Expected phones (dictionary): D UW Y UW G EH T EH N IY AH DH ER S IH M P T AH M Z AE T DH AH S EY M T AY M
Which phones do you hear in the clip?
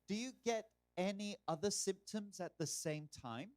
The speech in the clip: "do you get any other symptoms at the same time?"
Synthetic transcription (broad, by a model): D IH Y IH G EH T EH N IY AH DH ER S IH M P T AH M Z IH T DH AH S EY M T AY M